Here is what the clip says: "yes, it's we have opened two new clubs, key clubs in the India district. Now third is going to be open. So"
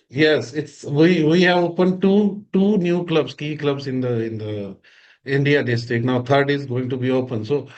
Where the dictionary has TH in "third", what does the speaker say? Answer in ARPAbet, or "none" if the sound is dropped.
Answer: T